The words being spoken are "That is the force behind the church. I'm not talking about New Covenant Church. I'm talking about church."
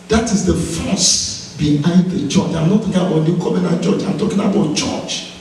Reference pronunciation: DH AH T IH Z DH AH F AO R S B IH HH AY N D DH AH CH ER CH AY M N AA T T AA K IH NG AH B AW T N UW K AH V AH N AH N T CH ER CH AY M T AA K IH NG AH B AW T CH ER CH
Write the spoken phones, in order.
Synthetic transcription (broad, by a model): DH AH T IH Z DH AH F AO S B IH HH AY N D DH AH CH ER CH AY M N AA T T AA K IH NG AH B AW T L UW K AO B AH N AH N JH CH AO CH AY M T AA K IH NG AH B AW T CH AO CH